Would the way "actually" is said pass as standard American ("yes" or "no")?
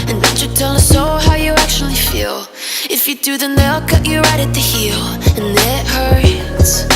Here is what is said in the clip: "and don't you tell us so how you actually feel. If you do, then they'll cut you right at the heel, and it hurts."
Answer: yes